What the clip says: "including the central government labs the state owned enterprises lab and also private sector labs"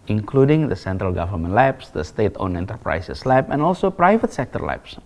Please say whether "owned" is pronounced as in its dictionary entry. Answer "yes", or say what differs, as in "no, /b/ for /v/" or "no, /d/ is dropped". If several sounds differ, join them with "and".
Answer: no, /d/ is dropped